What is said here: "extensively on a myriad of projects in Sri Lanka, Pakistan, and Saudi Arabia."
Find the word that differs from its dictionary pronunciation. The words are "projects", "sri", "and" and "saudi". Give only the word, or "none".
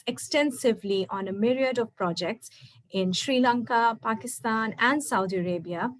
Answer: none